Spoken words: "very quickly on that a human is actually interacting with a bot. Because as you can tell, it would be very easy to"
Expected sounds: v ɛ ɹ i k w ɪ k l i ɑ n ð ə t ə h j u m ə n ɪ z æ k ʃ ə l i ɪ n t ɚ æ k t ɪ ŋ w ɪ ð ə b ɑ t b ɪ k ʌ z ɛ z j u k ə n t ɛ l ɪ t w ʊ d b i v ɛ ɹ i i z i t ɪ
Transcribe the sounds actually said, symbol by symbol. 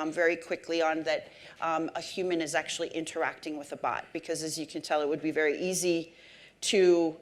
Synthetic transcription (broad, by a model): v ɛ ɹ i k w ɪ k l i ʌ n ð ə t ə h j u m ə n ɪ z æ k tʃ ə l i ɪ n t ɚ æ k t ɪ ŋ w ɪ ð ə b ɑ t b ɪ k ʌ z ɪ z j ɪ k ə n t ɛ l ɪ t w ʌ d b i v ɛ ɹ i i z i t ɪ